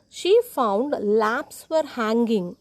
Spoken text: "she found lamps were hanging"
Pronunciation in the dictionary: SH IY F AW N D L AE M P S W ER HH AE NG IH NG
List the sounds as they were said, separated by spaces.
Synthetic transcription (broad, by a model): SH IY F AW N D L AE P S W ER HH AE NG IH NG